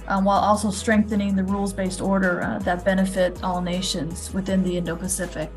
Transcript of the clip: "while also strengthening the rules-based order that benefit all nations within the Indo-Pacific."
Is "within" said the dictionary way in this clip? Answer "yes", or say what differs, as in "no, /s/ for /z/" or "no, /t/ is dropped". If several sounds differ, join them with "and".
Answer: yes